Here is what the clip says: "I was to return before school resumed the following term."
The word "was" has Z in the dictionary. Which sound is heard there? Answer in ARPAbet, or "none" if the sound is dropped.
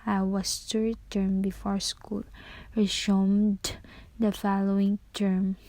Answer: S